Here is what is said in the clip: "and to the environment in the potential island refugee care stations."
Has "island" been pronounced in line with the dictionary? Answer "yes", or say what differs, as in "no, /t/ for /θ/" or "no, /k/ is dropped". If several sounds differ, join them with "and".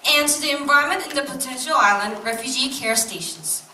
yes